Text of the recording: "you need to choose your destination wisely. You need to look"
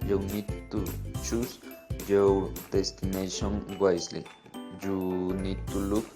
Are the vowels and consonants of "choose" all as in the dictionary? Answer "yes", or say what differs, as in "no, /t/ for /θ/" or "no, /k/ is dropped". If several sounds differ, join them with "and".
no, /s/ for /z/